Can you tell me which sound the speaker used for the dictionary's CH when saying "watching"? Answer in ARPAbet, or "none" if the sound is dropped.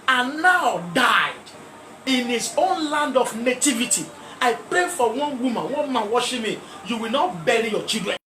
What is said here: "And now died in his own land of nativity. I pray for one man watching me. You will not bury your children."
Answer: SH